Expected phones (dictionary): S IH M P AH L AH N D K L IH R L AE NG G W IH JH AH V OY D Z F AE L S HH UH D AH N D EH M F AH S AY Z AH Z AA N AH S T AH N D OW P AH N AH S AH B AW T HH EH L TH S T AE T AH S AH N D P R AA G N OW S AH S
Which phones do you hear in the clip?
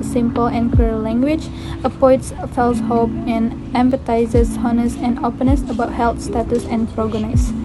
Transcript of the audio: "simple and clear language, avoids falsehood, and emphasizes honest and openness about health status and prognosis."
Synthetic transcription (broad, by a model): S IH M P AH L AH N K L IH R L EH NG G W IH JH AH P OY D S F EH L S HH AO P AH N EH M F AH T AY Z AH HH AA N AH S AH N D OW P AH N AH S AH B AW T HH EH L T S T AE T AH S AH N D P R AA G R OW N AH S